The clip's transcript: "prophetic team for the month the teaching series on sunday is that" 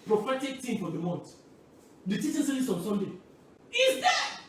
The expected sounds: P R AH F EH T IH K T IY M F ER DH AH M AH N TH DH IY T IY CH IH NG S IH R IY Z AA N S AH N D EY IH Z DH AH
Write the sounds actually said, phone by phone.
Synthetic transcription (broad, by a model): P R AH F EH T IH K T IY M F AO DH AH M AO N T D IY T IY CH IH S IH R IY S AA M S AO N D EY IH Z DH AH